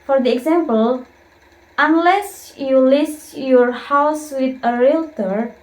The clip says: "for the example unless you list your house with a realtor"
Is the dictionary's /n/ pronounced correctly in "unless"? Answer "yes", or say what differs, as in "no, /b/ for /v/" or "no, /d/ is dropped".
yes